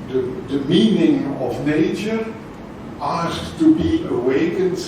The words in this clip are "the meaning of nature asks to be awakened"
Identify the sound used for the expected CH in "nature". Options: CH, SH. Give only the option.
CH